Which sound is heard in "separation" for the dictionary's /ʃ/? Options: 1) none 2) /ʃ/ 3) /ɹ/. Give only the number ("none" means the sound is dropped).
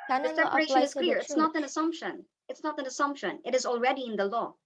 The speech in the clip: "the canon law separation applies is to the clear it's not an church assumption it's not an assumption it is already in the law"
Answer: 1